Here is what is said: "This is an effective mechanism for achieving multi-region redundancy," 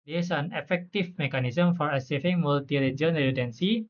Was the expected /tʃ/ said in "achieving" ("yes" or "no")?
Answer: no